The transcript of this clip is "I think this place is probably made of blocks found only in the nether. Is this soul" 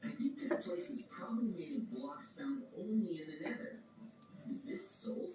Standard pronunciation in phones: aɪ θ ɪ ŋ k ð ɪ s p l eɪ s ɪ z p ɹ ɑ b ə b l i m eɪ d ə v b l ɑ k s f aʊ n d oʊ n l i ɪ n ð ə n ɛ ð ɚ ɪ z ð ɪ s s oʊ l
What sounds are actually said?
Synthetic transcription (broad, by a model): aɪ θ ɪ ŋ k ð ɪ s p l eɪ s ɪ z p ɹ ɑ b ə b l i m eɪ d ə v b l ɑ k s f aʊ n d oʊ n l i ɪ n ð ə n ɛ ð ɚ ɪ z ð ɪ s s oʊ